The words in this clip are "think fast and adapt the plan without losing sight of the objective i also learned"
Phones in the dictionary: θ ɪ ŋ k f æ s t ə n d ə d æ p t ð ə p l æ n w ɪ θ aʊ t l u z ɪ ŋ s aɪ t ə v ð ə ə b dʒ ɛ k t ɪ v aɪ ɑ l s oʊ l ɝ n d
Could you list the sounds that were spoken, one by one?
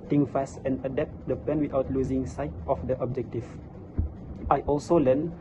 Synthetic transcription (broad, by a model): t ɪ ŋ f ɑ s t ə n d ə d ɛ p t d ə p ɛ n w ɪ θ aʊ t l u z ɪ ŋ s aɪ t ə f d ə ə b dʒ ɛ k t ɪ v aɪ ɑ l s oʊ l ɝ n